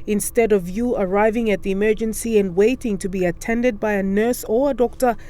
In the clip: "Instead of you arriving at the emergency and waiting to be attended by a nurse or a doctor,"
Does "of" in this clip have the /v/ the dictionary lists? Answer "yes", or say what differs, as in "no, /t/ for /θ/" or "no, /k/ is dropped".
yes